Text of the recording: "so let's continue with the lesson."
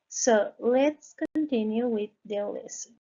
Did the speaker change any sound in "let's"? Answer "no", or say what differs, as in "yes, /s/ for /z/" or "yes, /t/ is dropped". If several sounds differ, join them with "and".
no